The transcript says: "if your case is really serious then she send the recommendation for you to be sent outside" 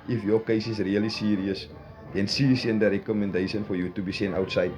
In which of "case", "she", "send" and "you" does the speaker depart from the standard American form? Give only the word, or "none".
she